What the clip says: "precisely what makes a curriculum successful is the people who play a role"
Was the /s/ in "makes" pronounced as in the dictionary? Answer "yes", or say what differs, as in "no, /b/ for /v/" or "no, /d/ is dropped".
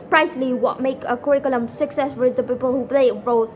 no, /s/ is dropped